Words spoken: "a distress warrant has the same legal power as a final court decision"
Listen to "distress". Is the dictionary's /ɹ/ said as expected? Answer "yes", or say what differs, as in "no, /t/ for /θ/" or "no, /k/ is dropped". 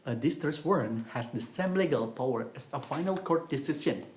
no, /ɹ/ is dropped